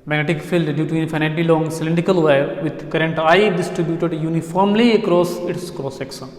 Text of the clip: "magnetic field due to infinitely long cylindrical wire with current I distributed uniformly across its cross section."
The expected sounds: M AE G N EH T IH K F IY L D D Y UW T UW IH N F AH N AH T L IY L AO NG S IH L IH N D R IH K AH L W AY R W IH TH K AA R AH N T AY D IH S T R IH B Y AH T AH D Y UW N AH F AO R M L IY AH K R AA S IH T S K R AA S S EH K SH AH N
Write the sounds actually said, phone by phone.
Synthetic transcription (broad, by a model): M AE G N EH T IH K F IY L D D Y UW T UW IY N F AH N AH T IY L AO NG S IH L IH N D R IH K AH L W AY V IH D K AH R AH N T AY D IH S T R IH B Y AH T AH D Y UW N AH F AO R M L IY AH K R AA S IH T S K R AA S S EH K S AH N